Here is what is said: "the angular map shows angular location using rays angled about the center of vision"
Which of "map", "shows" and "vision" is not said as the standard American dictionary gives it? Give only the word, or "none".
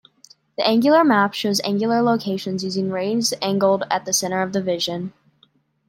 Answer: none